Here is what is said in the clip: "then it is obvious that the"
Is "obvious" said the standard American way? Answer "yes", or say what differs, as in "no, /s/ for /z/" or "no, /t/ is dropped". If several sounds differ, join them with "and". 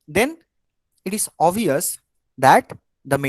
no, /b/ is dropped